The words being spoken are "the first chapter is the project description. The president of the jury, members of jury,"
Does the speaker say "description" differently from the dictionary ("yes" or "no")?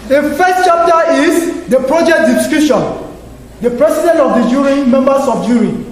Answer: yes